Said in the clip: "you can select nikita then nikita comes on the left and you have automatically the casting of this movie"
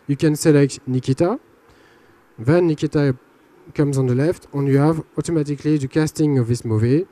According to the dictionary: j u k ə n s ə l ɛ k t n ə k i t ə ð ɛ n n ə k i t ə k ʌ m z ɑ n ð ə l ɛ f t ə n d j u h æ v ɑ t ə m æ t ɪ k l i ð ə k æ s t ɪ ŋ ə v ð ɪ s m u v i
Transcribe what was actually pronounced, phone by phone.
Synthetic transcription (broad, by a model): j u k ə n s ə l ɛ k t n ə k i t ə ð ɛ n n ə k i t ə k ʌ m z ɑ n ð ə l ɛ f t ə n j u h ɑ v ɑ t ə m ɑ t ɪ k l i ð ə k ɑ s t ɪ ŋ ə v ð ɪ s m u v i